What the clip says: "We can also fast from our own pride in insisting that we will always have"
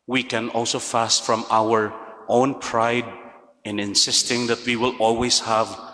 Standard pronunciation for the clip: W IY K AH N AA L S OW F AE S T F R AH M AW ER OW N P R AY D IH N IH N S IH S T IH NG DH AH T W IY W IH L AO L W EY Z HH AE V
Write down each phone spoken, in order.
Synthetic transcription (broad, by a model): W IY K AH N AA L S OW F AE S T F R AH M AW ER OW N P R AY D IH N IH N S IH S T IH NG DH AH T W IY W IH L AO L W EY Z HH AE V